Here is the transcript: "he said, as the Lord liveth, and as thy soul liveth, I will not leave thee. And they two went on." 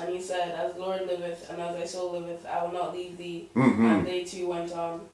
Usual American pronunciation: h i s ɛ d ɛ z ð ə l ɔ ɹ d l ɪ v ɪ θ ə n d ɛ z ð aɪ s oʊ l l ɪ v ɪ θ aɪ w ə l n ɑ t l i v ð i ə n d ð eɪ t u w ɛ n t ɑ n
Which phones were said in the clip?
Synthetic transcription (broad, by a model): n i s ɛ d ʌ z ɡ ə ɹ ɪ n l ɪ v ɪ θ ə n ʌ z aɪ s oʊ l l ɪ v ɪ θ aɪ w ə l n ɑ t l i v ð i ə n ð eɪ t u w ɛ n t n